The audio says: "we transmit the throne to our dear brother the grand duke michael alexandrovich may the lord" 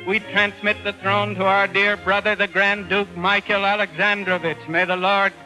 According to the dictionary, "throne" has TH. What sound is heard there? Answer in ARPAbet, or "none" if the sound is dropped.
TH